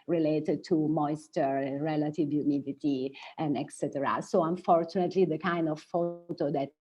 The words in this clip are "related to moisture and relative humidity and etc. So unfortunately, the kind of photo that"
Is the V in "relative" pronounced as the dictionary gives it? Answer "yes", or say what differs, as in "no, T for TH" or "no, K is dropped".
yes